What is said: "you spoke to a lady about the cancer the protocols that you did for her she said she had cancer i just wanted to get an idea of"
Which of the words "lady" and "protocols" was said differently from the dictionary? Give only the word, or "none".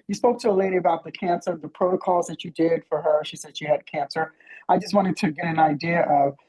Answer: none